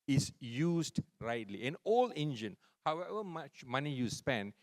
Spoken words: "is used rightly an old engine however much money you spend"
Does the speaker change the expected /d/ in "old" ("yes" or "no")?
yes